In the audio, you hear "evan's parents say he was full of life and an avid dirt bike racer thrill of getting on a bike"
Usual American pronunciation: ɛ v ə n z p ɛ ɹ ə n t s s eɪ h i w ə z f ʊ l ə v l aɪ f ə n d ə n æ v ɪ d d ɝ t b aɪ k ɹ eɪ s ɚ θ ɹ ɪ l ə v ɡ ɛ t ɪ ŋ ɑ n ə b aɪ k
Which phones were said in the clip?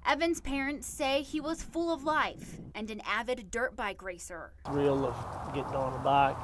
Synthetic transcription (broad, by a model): ɛ v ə n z p ɛ ɹ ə n t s s eɪ i w ə z f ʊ l ə v l aɪ f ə n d ə n æ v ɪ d d ɝ t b aɪ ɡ ɹ eɪ s ɚ s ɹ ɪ l ə v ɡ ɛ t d ɑ n ə b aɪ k